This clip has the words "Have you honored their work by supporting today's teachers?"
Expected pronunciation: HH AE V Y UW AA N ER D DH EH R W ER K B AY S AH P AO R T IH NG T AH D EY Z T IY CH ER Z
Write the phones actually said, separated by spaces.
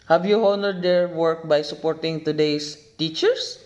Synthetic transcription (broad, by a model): HH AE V Y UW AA N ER D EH R W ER K B AY S AH P AO R T IH NG T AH D EY S T IY CH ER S